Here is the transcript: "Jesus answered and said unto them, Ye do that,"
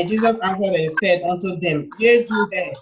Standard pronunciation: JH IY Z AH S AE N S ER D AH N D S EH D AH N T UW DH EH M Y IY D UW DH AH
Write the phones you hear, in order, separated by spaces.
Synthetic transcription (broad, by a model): JH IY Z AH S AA S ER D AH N S EH D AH N T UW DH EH M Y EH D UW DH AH